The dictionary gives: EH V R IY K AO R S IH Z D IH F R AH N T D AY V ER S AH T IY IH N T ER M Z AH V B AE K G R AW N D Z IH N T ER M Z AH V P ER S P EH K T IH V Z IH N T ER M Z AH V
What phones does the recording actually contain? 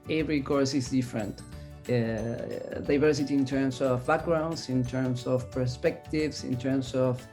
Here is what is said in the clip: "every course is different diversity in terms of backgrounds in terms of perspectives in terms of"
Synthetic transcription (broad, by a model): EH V R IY K AO R S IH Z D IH F R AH N T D AY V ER S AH T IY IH N T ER M S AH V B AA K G R AW N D S IH N T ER M S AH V P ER S P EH K T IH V S IH N T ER M S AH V